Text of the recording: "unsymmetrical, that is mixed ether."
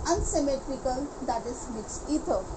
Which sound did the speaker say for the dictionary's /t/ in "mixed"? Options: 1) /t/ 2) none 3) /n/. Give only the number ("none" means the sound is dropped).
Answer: 2